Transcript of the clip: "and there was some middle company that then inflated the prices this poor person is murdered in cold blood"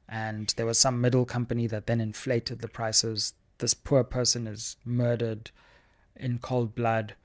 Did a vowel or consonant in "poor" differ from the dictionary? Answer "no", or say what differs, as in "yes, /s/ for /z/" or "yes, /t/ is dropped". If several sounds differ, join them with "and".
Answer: no